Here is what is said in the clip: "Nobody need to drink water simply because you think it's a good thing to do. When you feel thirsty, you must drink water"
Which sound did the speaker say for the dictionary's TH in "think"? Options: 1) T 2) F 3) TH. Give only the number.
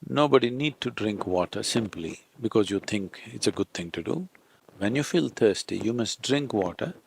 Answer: 1